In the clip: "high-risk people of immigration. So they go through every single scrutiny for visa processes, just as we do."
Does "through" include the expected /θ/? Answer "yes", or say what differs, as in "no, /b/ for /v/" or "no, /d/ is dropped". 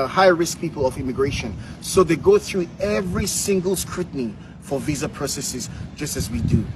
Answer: yes